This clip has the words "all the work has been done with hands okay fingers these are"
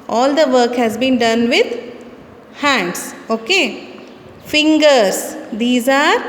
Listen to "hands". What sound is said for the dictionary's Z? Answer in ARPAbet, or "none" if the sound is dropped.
S